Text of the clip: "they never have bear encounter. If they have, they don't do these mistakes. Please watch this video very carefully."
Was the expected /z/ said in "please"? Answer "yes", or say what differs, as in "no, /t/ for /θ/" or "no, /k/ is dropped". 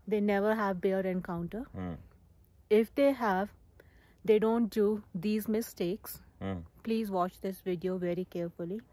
yes